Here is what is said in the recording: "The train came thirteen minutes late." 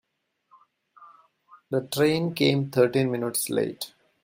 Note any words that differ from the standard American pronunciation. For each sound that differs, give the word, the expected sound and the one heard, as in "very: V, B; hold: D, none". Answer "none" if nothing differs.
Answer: thirteen: TH, T